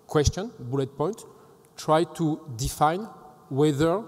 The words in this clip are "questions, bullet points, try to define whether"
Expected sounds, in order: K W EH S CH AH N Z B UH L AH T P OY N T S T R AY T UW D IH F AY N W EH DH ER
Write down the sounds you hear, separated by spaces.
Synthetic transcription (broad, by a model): K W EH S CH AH N B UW L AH T P OY N T T R AY T UW D IH F AY N W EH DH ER